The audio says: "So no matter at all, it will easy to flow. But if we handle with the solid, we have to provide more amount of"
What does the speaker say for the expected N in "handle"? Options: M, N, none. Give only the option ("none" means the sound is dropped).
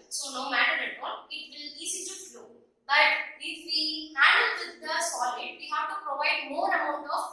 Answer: none